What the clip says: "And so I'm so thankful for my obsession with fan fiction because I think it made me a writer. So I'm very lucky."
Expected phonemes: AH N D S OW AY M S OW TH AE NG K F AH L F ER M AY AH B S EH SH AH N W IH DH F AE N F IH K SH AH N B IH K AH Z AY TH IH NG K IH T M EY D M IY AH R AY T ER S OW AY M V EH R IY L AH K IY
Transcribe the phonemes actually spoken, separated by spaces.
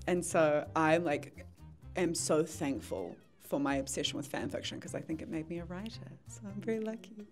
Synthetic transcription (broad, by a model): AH N S OW AY M S OW TH AE NG K F AH L F ER M AY AH B S EH SH AH N W IH DH F AE N F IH K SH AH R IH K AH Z AY TH IH NG K IH T M EY D M IY AH R AY T ER S OW AY M V EH R IY L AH K IY